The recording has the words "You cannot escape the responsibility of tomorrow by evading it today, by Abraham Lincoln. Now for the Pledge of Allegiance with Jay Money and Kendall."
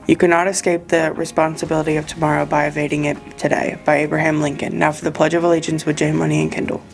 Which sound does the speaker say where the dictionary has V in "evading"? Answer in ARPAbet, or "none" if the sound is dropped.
V